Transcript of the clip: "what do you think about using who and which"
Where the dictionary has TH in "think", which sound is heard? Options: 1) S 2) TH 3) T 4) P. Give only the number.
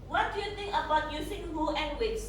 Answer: 3